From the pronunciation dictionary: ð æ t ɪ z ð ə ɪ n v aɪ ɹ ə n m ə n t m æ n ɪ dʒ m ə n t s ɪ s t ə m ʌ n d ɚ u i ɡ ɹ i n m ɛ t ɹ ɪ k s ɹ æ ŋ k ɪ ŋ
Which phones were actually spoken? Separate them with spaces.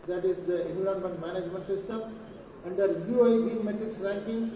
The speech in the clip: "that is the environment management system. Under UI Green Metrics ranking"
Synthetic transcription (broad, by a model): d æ t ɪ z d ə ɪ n u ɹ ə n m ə n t m æ n ɪ dʒ m ə n t s ɪ s t ə m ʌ n d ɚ u i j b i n m ɛ t ɹ ɪ k s ɹ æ ŋ k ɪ ŋ